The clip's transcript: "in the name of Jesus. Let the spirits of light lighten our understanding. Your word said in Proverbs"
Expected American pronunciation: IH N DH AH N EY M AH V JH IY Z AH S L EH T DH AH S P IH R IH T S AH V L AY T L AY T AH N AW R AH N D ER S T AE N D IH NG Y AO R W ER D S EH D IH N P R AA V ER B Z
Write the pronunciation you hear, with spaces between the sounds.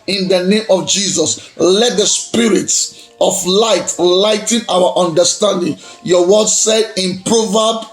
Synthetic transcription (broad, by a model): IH N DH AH N EY M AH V JH IY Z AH S L EH T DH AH S P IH R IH T S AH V L AY T L AY T N AW W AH N D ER S T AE N D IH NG Y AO W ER D S EH D IH N P R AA V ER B